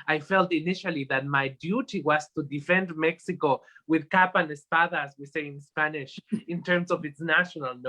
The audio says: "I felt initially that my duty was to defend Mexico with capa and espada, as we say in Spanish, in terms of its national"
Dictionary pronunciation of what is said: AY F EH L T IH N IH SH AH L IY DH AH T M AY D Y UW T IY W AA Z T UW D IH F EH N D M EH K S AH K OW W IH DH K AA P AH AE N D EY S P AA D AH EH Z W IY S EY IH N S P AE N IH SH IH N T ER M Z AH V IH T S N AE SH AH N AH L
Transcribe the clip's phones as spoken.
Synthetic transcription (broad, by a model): AY F EH L T IH N IH SH AH L IY DH AH T M AY D Y UW T IY W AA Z T UW D IH F EH N D M EH K S AH K OW W IH DH K AA P AH N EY S P AA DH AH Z W IY S EY IH N S P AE N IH SH IH N T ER M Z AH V IH T S N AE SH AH N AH L